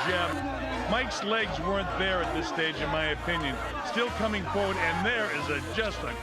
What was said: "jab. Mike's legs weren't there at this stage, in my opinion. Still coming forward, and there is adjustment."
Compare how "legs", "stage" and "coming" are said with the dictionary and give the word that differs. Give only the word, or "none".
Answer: none